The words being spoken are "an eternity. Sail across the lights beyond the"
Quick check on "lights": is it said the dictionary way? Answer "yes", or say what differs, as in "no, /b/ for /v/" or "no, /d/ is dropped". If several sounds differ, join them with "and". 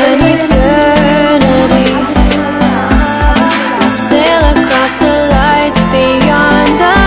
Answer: no, /s/ is dropped